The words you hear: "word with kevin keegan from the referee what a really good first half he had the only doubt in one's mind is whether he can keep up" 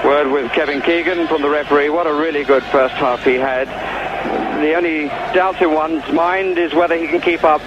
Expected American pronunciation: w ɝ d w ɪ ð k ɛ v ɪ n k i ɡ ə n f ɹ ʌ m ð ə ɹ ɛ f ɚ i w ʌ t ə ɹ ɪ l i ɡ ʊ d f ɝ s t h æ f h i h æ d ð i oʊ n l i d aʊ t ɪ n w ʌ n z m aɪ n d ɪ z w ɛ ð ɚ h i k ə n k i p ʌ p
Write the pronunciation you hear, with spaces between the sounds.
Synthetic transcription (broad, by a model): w ɝ d w ɪ ð k ɛ v ɪ n k i ɡ ə n f ɹ ʌ m ð ə ɹ ɛ f ɚ i w ʌ t ə ɹ ɪ l i ɡ ʊ d f ɝ s t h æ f h i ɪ d ð i oʊ n l i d aʊ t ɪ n w ʌ n z m aɪ n d ɪ z w ɛ ð ɚ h i k n k i p ʌ p